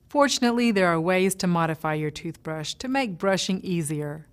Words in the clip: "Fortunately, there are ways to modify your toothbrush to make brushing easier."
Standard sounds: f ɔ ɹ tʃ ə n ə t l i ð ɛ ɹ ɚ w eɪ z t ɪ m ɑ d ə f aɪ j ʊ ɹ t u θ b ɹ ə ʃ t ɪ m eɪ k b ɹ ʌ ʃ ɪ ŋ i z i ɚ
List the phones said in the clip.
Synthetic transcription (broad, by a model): f ɔ ɹ tʃ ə n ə t l i ð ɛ ɹ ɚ w eɪ z t ɪ m ɑ d ə f aɪ j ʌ ɹ t u θ b ɹ ə ʃ t ɪ m eɪ k b ɹ ʌ ʃ ɪ ŋ i z i ɚ